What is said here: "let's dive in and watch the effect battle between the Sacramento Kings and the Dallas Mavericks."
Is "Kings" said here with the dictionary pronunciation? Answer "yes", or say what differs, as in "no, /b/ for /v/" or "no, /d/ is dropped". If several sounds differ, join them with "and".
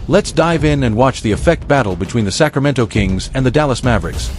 yes